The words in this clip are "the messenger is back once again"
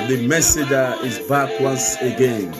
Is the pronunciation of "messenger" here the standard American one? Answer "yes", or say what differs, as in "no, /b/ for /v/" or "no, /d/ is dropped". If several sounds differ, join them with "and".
no, /n/ is dropped